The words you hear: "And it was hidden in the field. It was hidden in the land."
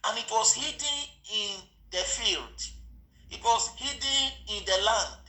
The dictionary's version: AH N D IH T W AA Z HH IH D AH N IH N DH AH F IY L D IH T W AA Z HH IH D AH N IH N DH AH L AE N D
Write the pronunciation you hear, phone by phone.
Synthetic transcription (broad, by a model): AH N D IH T W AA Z HH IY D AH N IH N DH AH F IY L D IH T W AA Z HH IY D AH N IH N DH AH L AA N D